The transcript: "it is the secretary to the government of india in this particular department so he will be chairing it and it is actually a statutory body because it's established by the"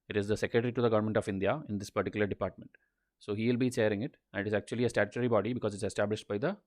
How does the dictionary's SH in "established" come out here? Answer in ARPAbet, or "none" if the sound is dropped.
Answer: SH